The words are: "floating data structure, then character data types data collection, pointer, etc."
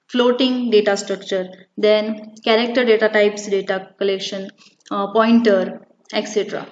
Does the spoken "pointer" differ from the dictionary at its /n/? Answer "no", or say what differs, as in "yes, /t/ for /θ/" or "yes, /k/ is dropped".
no